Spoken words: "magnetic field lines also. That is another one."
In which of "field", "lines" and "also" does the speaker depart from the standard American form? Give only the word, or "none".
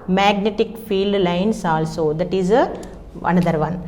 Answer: lines